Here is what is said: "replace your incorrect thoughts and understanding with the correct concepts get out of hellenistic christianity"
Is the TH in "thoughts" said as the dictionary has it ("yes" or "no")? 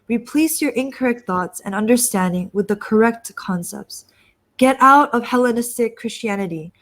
yes